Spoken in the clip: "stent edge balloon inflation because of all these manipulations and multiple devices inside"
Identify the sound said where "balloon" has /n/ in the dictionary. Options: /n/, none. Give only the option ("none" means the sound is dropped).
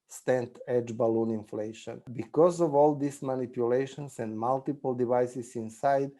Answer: /n/